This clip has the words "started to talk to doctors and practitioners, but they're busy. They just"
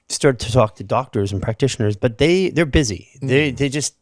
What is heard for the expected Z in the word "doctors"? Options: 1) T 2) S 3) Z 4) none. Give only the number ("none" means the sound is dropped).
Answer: 3